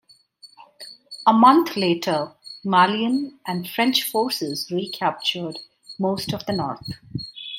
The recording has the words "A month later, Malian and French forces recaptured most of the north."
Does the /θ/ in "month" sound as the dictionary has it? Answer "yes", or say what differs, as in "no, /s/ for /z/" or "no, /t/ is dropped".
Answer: no, /t/ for /θ/